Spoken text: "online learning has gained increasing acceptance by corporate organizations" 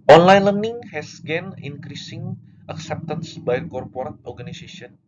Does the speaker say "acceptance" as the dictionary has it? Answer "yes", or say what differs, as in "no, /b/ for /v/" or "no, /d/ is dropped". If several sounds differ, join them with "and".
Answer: yes